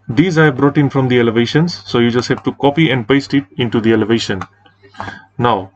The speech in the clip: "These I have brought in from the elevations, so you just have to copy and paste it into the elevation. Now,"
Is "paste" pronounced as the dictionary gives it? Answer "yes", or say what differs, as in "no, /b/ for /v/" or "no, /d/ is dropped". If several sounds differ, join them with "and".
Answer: yes